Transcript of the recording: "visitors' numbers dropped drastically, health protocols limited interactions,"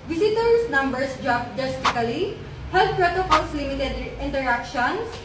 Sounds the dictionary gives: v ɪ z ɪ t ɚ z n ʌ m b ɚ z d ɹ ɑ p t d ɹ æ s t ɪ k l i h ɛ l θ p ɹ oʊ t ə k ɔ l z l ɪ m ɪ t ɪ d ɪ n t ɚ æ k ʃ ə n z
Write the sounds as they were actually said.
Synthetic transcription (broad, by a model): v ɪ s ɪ t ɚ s n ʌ m b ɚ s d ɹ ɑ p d ɛ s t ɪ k l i h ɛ l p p ɹ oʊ t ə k ɔ l s l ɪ m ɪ t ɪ d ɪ n t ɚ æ k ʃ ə n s